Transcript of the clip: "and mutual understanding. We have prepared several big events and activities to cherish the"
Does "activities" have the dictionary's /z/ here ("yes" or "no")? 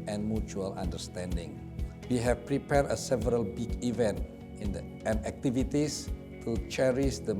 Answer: no